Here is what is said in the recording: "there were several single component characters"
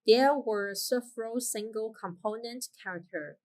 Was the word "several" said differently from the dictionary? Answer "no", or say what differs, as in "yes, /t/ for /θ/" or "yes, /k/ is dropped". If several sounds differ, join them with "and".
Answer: yes, /f/ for /v/